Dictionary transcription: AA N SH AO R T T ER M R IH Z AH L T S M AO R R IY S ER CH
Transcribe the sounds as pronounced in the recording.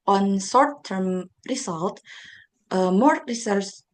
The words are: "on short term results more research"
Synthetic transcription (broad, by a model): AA N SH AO R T T ER M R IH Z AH L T M AO R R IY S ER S